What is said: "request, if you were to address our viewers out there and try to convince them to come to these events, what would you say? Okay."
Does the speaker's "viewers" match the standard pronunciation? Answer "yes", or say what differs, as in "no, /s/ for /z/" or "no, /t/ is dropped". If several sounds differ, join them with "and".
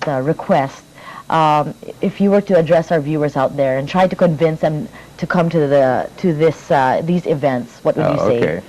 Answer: yes